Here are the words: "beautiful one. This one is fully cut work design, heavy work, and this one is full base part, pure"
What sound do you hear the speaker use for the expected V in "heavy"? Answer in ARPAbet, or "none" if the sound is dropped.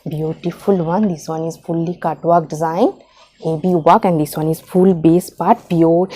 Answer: B